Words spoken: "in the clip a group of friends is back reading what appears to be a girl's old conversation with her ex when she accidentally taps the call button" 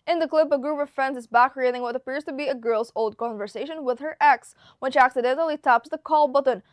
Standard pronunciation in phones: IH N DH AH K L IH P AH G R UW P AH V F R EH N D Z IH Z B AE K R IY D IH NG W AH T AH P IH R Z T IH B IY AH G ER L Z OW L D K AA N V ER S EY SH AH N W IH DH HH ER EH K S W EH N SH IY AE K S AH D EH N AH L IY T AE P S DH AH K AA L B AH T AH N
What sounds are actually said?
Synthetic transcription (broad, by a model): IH N DH AH K L IH P AH G R UW P AH V F R EH N D Z IH Z B AE K R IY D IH NG W AH T AH P IH R Z T IH B IY AH G ER L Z OW L D K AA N V ER S EY SH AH N W IH DH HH ER EH K S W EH N SH IY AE K S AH D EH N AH L IY T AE P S DH AH K AA L B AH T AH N